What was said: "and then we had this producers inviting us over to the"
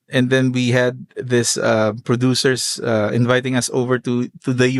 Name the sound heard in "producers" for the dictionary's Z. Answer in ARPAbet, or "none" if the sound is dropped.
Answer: S